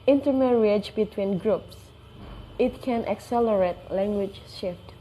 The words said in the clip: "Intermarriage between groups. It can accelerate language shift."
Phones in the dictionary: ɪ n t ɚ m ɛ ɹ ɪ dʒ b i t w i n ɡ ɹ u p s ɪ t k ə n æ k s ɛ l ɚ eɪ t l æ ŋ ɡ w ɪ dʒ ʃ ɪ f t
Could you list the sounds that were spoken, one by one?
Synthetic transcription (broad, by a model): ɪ n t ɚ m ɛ ɹ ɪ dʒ b i t w i n ɡ ɹ u p s ɪ t k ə n æ k s ɛ l ɚ eɪ t l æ ŋ ɡ w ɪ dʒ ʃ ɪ f t